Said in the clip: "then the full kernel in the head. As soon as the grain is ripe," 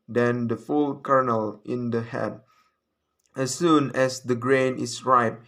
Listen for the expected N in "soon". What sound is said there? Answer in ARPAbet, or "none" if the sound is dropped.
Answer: N